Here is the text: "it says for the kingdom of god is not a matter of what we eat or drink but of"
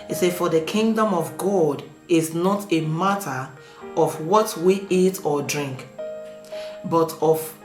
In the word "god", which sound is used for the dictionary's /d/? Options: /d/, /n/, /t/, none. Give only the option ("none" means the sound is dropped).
/d/